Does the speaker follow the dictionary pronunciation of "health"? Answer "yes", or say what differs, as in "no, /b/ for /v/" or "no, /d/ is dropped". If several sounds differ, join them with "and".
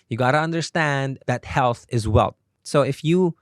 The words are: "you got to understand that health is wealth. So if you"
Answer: yes